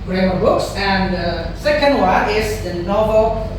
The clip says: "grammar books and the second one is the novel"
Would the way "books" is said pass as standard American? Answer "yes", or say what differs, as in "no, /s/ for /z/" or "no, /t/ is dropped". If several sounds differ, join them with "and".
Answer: yes